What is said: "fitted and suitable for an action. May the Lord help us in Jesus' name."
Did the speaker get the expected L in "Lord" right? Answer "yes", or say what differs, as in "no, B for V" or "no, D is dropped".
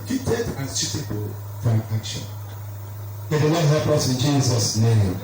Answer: no, N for L